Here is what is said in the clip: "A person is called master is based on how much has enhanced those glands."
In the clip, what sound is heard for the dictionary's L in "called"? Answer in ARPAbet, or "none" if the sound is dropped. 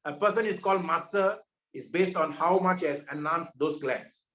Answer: L